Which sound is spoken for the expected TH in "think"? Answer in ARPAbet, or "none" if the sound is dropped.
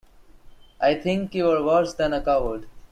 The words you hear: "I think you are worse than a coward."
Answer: T